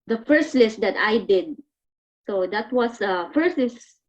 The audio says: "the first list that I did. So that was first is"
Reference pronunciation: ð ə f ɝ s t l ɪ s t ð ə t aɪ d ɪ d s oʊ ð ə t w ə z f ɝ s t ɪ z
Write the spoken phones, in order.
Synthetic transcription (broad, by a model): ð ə f ɝ s t l ɪ s t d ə t aɪ d ɪ d s oʊ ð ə t w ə s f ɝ s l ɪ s